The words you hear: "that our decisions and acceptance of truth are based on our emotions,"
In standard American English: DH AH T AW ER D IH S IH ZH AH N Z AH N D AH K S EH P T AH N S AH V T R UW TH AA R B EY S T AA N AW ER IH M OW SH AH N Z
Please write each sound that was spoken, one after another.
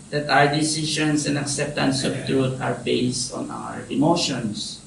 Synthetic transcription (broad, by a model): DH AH T AW ER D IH S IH SH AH N S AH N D AH K S EH P T AH N S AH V T R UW T AA R B EY S T AA N AW ER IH M OW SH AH N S